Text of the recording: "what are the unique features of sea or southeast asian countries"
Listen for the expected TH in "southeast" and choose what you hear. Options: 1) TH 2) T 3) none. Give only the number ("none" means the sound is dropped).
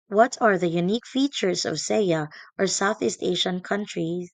1